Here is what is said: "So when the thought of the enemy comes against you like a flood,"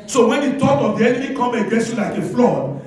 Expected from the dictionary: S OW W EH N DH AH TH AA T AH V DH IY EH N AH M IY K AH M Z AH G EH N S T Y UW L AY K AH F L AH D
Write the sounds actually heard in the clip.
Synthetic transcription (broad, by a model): S OW W EH N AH T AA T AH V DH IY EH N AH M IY K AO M AH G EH S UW L AY K AH F L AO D